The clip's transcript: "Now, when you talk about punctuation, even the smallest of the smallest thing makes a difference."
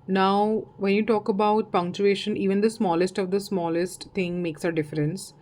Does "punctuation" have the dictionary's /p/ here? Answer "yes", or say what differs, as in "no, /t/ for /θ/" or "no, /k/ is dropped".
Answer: yes